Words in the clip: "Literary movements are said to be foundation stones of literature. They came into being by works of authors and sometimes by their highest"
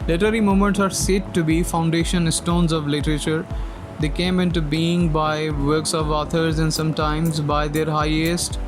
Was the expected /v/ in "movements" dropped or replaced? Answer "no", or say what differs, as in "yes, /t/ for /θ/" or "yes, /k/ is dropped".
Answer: yes, /v/ is dropped